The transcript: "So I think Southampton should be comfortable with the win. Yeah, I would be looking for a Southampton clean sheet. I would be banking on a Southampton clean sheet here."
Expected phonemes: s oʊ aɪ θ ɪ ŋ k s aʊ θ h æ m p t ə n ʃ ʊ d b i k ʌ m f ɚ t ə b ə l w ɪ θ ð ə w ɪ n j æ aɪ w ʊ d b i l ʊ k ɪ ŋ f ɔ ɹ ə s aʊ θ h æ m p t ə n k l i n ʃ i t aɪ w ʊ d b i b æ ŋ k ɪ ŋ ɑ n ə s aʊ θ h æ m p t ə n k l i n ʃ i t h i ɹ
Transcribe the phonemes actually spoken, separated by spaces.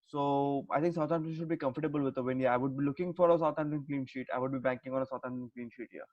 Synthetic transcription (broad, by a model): s oʊ aɪ t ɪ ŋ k s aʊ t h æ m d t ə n ʃ ʊ d b i k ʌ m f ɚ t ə b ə l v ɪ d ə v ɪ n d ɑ aɪ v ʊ d b i l ʊ k ɪ ŋ f ɔ ɹ ə s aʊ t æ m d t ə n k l i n ʃ i t aɪ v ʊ d b i b æ ŋ k ɪ ŋ ɑ n ə s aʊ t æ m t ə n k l i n ʃ i t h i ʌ